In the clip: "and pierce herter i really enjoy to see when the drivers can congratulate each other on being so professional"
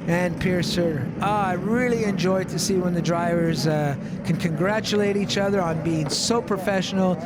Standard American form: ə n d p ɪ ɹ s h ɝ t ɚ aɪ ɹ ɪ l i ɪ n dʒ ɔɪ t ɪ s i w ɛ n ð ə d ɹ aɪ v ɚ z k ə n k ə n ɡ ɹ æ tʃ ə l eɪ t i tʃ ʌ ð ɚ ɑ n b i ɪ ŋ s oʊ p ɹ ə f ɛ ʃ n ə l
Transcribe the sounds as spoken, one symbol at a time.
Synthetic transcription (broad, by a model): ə n p ɪ ɹ s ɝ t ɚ aɪ ɹ ɪ l i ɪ n dʒ ɔɪ t ɪ s i w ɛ n ð ə d ɹ aɪ v ɚ z k ə n k ə n ɡ ɹ æ tʃ ə l eɪ t i tʃ ʌ ð ɚ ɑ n b i ɪ ŋ s oʊ p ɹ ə f ɛ ʃ n l